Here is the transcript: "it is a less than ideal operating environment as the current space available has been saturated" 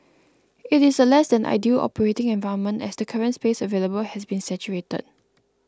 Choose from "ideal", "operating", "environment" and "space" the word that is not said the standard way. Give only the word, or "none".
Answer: environment